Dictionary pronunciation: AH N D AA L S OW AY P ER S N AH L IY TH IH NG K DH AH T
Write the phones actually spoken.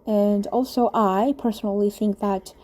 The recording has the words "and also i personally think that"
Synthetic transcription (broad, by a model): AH N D AA L S OW AY P ER S N L IY TH IH NG K DH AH T